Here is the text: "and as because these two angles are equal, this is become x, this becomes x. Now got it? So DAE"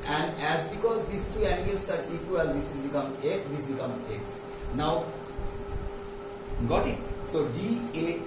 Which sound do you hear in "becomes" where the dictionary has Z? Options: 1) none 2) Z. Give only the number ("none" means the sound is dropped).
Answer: 1